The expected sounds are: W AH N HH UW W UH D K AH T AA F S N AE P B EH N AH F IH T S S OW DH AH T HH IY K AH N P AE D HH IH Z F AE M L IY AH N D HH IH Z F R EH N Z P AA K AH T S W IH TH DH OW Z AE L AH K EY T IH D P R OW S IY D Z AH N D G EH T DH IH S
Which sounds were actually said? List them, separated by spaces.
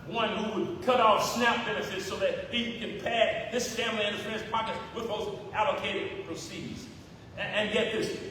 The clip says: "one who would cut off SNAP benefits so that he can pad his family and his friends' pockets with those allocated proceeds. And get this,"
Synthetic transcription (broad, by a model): W AH N HH UW W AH D K AH T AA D S N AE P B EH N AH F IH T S S OW DH AH T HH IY K AH N P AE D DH IH S F AE M L IY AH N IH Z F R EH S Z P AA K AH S W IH DH OW Z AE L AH K EY T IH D P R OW S IY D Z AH N G EH T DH IH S